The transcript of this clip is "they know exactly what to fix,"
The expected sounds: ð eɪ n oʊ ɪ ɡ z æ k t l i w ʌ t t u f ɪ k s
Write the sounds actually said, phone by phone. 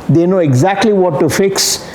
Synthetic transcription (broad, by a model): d eɪ n oʊ ɪ ɡ z æ k t l i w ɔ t t u f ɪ k s